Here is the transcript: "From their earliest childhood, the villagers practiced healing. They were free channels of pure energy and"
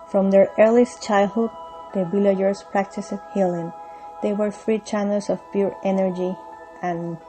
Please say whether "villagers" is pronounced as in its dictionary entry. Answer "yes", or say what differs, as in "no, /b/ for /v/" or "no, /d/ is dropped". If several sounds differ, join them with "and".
no, /b/ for /v/